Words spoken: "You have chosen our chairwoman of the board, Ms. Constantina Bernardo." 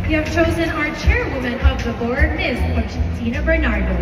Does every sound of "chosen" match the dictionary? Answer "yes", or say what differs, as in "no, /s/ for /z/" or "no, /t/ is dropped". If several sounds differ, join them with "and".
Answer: yes